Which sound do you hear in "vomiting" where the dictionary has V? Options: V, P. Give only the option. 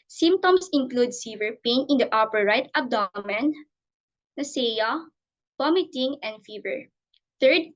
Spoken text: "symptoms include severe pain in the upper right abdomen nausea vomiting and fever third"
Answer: P